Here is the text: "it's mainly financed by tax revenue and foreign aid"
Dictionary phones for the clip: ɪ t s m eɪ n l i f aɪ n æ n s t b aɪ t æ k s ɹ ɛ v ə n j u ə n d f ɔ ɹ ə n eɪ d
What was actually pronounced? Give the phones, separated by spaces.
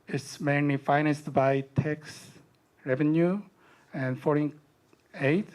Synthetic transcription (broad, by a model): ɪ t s m eɪ n l i f aɪ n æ n s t b aɪ t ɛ k s ɹ ɛ v ə n j u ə n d f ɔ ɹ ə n eɪ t